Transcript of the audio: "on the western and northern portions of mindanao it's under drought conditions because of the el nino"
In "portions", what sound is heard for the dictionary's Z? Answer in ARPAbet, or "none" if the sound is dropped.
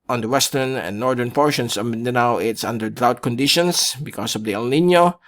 S